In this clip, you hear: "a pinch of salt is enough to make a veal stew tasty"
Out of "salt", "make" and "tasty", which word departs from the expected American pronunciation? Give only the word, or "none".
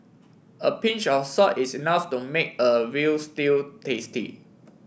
salt